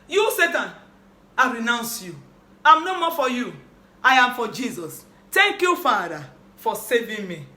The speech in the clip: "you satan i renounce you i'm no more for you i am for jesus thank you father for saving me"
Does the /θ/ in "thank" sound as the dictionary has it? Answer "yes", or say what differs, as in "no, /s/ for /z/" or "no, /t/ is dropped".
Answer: no, /t/ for /θ/